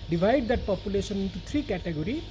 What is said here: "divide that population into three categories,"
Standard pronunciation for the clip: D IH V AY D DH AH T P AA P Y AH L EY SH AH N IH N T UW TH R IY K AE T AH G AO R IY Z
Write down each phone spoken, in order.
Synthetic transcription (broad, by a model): D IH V AY D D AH T P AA P Y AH L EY S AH N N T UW T R IY K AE T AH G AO R IY